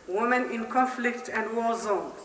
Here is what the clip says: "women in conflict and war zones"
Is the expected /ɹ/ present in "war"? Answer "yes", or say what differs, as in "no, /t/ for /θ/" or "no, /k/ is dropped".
no, /l/ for /ɹ/